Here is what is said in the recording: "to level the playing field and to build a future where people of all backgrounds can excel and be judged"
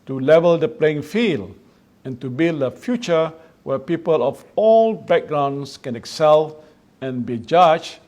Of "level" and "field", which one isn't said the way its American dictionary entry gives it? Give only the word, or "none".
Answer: field